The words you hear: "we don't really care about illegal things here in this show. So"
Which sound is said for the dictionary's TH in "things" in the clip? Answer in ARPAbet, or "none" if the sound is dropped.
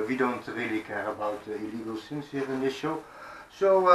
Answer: S